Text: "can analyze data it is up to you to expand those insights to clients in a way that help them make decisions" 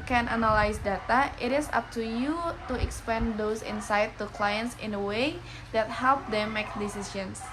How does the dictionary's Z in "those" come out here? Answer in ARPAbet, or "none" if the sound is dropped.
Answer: S